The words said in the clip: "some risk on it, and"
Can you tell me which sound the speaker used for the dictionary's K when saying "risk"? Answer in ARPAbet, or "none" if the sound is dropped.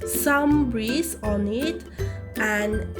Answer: none